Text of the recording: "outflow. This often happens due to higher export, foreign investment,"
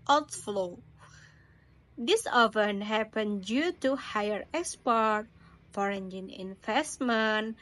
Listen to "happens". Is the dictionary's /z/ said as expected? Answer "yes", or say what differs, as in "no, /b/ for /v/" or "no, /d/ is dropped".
no, /z/ is dropped